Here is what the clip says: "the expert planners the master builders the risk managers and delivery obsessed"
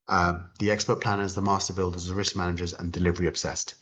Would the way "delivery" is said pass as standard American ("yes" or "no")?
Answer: yes